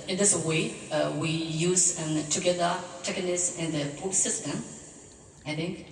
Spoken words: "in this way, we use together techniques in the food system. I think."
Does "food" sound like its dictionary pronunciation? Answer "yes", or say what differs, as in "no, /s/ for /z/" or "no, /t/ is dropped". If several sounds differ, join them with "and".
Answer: no, /p/ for /f/